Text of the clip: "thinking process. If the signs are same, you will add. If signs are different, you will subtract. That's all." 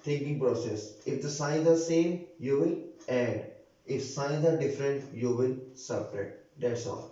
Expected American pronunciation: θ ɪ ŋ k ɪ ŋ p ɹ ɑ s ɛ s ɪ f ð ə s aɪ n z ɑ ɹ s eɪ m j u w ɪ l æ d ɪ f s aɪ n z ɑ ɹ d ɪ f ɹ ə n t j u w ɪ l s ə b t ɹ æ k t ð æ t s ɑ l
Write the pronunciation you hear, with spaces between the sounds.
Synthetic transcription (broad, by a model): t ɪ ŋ k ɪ ŋ p ɹ ɑ s ɛ s ɪ f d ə s aɪ n z ɑ ɹ s eɪ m j u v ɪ l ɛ d ɪ f s aɪ n z ɑ ɹ d ɪ f ɹ ə n t j u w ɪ l s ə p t ɹ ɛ t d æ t s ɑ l